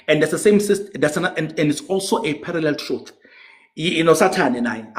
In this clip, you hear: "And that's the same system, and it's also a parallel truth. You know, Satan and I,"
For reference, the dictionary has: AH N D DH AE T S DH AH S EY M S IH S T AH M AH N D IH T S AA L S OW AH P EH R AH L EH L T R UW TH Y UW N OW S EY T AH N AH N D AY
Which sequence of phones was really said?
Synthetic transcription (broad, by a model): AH N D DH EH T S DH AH S EY M S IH S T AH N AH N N IH T S AA L S OW AH P EH R AH L EH L T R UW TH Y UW N OW S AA T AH N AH N AY